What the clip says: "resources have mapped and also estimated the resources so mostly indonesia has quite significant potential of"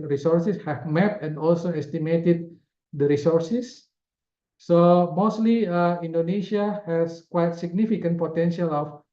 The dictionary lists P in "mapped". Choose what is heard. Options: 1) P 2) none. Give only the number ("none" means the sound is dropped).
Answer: 2